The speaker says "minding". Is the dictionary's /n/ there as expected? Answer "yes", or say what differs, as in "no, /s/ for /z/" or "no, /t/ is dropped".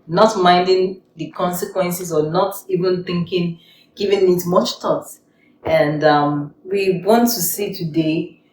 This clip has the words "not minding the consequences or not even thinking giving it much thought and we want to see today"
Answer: yes